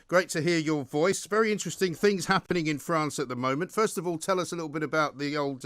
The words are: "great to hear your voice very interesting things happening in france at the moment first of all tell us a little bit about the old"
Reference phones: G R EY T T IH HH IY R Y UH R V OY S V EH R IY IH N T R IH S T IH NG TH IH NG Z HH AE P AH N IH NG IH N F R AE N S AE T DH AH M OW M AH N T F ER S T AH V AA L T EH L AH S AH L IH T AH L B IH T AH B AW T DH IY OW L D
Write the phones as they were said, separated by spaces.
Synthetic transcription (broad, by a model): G R EY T T IH HH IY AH Y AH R V OY S V EH R IY IH N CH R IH S T IH NG TH IH NG Z HH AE P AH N IH NG IH N F R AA N S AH T DH AH M OW M AH N T F ER S T AH V AA L T EH L AH S AH L IH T L B IH T AH B AW T DH IY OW L D